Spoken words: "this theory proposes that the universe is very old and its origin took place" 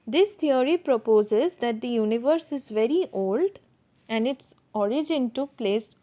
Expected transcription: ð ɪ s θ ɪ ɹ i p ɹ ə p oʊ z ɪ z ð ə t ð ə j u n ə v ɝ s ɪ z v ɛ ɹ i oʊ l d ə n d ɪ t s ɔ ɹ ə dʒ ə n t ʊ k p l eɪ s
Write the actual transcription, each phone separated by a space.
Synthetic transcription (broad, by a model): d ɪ s t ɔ ɹ i p ɹ ə p oʊ z ɪ z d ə t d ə j u n ə v ɝ s ɪ z v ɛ ɹ i oʊ l d ə n d ɪ t s ɔ ɹ ə dʒ ə n t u p l eɪ s